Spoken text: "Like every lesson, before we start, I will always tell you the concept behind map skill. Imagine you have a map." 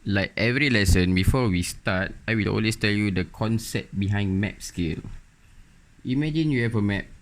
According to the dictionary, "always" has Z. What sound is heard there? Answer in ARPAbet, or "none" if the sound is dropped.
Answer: S